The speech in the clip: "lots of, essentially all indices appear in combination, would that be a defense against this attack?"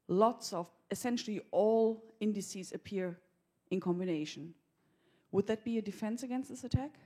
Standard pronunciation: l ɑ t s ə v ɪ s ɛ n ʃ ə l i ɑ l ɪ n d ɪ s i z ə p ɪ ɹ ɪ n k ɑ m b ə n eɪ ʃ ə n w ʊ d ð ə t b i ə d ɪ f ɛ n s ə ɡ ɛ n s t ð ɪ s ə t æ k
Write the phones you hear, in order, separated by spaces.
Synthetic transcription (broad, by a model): l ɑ t s ə v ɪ s ɛ n ʃ l i ɑ l ɪ n d ɪ s i z ə p ɪ ɹ ɪ n k ɑ m b ə n eɪ ʃ ə n w ʊ d ð ə t b i ə d ɪ f ɛ n s ə ɡ ɛ n s t ð ɪ s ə t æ k